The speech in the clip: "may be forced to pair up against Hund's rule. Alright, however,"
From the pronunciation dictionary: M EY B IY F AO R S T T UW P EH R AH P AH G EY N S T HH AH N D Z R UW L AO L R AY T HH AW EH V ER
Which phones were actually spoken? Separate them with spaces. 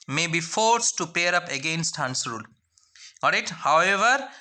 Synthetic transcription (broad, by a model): M EY B IY F AO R S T T UW P EH R AH P AH G EY N S T HH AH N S R UW L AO R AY T HH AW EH V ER